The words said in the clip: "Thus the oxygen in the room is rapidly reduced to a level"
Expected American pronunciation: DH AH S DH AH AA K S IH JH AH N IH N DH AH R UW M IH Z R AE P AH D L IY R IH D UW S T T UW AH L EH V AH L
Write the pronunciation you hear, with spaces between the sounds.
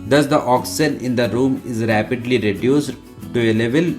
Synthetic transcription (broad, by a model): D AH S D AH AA K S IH AH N IH N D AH R UW M IH Z R AE P AH D L IY R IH D UW S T T UW AH L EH V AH L